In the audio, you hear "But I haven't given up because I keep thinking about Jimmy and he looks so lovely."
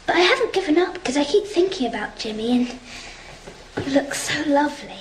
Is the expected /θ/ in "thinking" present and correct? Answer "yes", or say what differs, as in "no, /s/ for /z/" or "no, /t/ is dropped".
yes